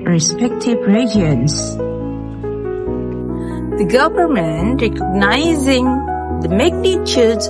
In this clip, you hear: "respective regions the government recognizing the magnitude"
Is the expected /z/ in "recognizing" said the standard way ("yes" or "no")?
yes